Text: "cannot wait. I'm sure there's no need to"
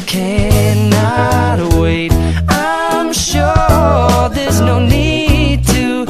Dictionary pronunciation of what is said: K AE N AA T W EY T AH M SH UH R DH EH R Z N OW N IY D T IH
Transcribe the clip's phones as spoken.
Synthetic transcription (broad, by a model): K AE N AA T W EY T AH M SH UH R DH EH R Z N OW N IY D T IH